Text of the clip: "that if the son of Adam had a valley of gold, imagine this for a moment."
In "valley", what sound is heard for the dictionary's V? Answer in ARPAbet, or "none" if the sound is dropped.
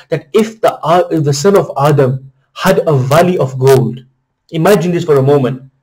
V